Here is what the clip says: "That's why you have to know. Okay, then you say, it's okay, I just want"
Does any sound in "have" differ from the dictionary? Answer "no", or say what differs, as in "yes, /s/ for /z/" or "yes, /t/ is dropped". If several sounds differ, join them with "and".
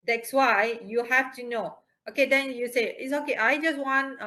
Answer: yes, /f/ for /v/